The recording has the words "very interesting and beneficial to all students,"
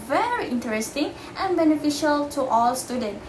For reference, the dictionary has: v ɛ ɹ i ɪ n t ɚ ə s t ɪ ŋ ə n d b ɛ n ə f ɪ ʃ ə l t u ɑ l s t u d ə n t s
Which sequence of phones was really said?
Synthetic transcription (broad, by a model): v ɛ ɹ i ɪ n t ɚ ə s t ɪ ŋ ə n b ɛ n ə f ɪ ʃ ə l t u ɑ l s t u d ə n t